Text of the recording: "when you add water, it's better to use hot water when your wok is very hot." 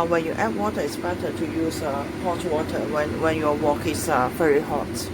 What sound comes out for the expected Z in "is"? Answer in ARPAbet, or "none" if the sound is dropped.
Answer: S